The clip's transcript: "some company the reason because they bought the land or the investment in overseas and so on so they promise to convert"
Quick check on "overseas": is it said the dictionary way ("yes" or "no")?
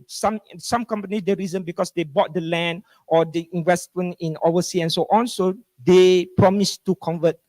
no